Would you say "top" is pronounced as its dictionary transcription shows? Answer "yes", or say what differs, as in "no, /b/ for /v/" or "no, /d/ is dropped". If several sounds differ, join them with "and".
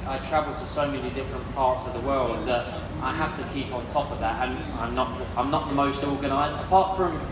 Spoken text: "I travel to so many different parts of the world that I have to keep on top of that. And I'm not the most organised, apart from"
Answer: yes